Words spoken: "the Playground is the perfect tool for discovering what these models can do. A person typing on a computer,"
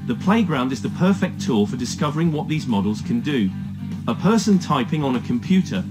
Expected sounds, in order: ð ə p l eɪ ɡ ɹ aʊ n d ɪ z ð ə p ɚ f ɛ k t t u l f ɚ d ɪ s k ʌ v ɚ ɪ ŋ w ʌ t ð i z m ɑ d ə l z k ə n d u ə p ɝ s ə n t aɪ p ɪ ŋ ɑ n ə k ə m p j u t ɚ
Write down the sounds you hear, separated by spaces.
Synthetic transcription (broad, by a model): ð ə p l eɪ ɡ ɹ aʊ n d ɪ z ð ə p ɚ f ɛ k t t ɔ f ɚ d ɪ s k ʌ v ɚ ɪ ŋ w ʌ t ð i z m ɑ d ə l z k ə n d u ə p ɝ s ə n t aɪ p ɪ ŋ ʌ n ə k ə m p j u t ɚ